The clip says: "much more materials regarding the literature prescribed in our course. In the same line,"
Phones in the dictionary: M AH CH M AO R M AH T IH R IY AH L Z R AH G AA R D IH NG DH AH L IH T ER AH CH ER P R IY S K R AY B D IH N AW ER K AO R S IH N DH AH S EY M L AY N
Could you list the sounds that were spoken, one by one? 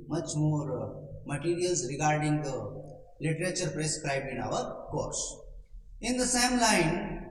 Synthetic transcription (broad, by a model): M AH CH M AO R M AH T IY R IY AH L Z R AH G AA R D IH NG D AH L IH T ER AH CH ER P R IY S K R AY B IH N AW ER K AO R S IH N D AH S EY M L AY N